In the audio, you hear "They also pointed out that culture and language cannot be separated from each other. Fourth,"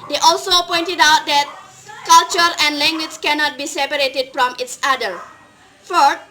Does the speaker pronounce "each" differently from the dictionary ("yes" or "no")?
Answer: yes